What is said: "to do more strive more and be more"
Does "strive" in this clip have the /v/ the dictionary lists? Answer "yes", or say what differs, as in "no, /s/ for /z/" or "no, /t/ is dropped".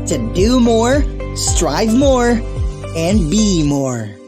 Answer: yes